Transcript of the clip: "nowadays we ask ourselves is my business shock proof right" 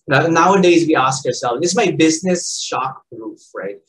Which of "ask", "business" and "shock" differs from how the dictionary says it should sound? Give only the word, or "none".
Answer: none